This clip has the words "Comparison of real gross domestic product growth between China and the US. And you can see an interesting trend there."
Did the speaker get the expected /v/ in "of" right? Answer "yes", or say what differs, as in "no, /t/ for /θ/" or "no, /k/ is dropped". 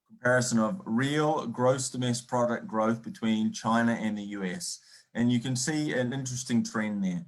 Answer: yes